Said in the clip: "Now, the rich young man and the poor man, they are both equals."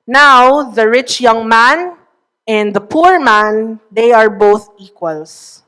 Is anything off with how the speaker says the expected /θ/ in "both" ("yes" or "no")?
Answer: no